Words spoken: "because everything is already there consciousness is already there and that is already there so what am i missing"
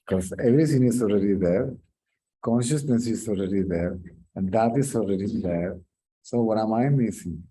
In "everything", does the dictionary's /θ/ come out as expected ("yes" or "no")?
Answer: no